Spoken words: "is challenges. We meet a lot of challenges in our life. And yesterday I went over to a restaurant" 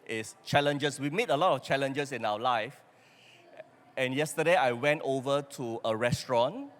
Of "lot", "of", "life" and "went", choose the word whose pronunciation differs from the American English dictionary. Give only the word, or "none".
of